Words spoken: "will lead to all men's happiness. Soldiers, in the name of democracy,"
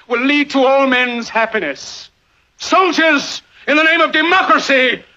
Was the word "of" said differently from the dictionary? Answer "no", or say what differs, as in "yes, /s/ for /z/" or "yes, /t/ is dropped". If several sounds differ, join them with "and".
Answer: no